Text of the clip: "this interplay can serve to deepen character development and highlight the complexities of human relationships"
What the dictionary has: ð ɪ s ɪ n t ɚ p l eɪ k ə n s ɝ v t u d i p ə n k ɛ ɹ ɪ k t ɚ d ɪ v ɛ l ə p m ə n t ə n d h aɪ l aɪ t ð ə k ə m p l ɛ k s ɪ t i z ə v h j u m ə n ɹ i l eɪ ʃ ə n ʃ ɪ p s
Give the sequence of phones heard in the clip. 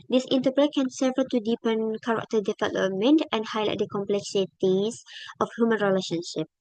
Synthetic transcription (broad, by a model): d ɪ s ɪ n t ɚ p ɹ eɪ k ə n s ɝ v t u d i p ə n k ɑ ɹ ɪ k t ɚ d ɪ f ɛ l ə m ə n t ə n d h aɪ l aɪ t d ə k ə m p l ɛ k s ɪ t i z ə f h j u m ə n ɹ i l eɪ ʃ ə n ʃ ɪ p